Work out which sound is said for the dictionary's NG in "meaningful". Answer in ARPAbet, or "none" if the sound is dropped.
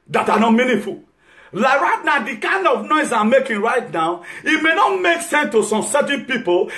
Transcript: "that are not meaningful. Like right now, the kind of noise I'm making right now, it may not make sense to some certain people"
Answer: none